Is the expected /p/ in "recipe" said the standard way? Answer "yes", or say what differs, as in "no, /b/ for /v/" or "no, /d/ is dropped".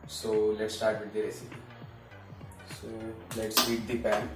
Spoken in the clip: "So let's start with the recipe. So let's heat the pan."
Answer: no, /p/ is dropped